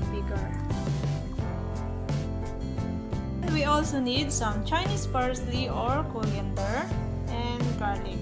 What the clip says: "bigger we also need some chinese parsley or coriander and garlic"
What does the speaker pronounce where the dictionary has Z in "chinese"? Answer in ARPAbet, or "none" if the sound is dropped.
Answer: S